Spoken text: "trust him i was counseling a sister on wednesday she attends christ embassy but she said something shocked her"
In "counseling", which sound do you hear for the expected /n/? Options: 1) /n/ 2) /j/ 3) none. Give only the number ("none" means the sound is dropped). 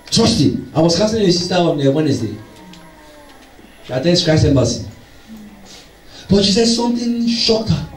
3